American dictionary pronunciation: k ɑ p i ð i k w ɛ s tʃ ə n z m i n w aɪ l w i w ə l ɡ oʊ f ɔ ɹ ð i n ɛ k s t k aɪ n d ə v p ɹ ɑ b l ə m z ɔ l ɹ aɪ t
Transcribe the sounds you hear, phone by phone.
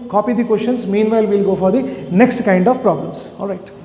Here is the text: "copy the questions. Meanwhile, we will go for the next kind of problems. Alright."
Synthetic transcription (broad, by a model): k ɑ p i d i k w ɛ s ʃ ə n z m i n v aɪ l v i l ɡ oʊ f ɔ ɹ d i n ɛ k s t k aɪ n d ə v p ɹ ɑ b l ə m s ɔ l ɹ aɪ t